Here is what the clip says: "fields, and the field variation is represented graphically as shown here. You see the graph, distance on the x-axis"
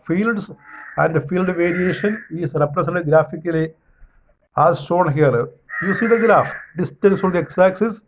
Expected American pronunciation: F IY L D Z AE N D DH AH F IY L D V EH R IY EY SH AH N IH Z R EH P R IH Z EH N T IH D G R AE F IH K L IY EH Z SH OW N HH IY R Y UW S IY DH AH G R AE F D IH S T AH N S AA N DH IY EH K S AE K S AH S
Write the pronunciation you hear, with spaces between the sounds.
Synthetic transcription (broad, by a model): F IY L D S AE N D F IY L D V EH R IY EY SH AH N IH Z R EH P R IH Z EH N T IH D G R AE F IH K L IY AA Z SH OW N HH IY R Y UW S IY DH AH G R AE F D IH S T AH N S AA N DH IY EH K S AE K S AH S